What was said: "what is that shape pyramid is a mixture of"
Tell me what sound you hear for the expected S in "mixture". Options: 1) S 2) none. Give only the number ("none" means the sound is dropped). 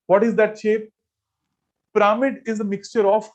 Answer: 1